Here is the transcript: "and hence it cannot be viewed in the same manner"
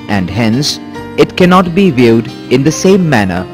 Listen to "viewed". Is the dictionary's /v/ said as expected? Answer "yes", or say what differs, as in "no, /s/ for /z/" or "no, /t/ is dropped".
yes